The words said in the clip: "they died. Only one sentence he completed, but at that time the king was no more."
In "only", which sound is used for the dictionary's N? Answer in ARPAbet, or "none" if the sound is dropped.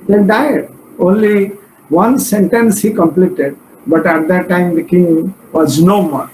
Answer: N